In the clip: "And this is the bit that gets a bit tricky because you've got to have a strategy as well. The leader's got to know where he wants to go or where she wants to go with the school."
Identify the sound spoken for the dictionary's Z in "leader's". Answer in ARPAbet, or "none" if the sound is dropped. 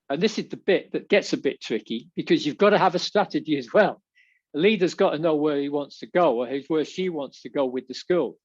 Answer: Z